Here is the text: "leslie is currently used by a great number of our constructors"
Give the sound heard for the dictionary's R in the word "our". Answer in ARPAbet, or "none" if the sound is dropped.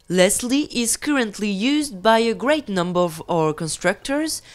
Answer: R